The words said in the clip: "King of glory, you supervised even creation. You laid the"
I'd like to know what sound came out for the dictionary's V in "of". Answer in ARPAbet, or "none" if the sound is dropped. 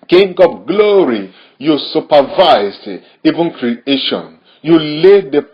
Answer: P